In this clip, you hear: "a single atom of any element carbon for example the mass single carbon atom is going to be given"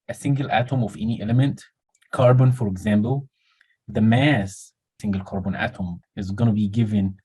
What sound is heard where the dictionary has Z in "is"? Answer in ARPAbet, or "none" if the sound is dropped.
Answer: Z